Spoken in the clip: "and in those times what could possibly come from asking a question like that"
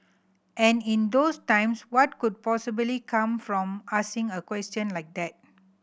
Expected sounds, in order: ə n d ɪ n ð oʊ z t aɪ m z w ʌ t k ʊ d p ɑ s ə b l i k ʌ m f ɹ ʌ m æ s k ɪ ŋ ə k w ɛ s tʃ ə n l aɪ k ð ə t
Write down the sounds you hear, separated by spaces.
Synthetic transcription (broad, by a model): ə n ɪ n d oʊ s t aɪ m s w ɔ t k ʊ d p ɑ s ə b l i k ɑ m f ɹ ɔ m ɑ s ɪ ŋ ə k w ɛ s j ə n l aɪ k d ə t